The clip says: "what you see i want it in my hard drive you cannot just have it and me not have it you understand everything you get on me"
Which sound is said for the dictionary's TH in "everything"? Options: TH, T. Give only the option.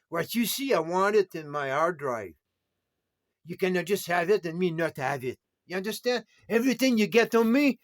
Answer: TH